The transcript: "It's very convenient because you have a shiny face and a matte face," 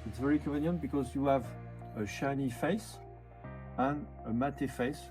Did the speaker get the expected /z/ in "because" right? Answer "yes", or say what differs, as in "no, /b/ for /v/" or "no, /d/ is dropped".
yes